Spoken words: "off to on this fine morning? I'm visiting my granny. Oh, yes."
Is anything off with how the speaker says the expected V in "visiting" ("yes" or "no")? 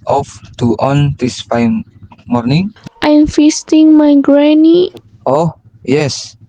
yes